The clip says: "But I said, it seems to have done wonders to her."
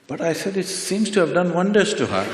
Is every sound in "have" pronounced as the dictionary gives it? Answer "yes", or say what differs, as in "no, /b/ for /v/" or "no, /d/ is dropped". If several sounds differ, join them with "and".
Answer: yes